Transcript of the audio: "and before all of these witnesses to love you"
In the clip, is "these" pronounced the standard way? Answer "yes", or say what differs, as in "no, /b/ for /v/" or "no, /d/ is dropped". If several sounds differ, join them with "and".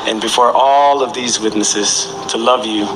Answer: yes